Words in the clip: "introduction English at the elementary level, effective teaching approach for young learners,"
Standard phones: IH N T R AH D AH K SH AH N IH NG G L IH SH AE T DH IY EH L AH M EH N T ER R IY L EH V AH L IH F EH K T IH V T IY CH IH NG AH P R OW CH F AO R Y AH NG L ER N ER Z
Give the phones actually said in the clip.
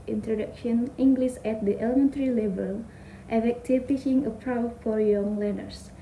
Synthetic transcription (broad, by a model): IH N T R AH D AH K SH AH N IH NG G L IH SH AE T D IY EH L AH M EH N T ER R IY L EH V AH L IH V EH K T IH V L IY SH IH NG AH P R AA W F AO R Y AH NG L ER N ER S